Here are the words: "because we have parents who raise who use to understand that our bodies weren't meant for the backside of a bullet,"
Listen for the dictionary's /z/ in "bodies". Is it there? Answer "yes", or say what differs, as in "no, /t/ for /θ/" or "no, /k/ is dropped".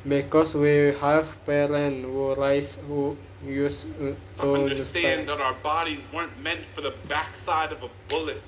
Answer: yes